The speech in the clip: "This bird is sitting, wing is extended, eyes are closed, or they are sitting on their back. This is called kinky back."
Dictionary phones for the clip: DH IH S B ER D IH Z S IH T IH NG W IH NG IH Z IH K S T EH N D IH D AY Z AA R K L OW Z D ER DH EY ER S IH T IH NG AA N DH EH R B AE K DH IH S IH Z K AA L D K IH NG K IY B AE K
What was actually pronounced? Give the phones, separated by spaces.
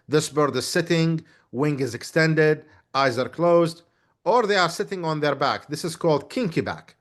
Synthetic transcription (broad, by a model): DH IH S B ER D IH Z S IH T IH NG W IH NG IH Z IH K S T EH N D IH D AY Z AA R K L OW Z D ER DH EY ER S IH T IH NG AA N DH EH R B AE K DH IH S IH Z K AA L D K IH NG K IY B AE K